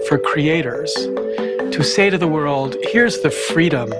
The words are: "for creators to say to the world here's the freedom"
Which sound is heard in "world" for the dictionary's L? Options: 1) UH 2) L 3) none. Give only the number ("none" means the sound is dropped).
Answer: 2